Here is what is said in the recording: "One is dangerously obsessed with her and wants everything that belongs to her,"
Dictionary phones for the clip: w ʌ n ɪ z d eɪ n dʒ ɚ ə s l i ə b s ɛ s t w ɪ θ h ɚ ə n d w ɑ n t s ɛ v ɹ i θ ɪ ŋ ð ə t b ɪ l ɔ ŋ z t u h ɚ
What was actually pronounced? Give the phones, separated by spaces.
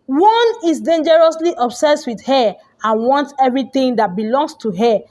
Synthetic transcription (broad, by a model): w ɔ n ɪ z d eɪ n dʒ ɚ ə s l i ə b s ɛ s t w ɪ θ h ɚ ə n w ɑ n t ɛ v ɹ i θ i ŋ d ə t b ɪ l ɔ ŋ s t u h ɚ